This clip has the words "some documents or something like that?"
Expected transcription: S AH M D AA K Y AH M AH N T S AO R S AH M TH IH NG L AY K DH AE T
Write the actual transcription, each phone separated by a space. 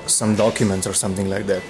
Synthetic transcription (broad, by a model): S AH M D AA K Y AH M AH N T S AO R S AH M T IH NG L AY K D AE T